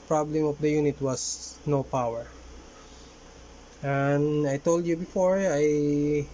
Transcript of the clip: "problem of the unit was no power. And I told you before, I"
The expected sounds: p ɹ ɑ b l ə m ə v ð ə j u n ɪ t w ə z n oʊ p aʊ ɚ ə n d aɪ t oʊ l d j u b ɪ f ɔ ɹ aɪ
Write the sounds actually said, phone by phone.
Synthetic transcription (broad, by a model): p ɹ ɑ b l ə m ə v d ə j u n ɪ t w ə s n oʊ p aʊ ɚ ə n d aɪ t oʊ l d j u b ɪ f ɔ ɹ aɪ